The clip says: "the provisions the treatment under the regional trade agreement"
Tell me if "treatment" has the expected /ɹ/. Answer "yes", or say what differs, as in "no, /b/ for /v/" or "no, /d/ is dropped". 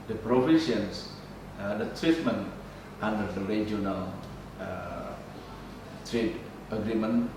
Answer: yes